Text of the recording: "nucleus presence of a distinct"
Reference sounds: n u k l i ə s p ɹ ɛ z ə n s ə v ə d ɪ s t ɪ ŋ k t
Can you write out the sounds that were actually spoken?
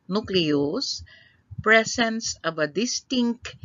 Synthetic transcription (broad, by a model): n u k l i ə s p ɹ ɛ s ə n s ə v ə d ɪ s t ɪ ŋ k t